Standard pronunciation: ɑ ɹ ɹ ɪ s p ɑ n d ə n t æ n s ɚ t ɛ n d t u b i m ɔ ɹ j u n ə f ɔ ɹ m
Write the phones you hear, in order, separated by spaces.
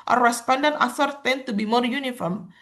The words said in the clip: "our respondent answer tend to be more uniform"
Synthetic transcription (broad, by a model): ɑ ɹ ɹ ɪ s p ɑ n d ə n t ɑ s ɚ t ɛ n t u b i m ɔ ɹ j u n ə f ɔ ɹ m